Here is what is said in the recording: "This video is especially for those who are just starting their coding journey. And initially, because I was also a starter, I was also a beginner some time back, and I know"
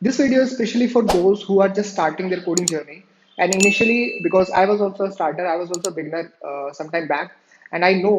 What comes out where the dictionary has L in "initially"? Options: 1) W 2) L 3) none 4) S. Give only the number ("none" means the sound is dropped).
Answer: 2